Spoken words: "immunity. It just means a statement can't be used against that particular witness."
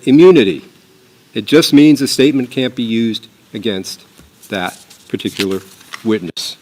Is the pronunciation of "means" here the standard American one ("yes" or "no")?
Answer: yes